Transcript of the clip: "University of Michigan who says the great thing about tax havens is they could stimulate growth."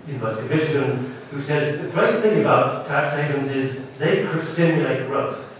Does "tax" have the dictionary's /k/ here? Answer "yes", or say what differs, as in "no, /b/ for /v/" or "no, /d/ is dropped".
yes